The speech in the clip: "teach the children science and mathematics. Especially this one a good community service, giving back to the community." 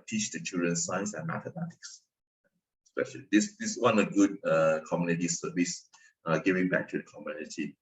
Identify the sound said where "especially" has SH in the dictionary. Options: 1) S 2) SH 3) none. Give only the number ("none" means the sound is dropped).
2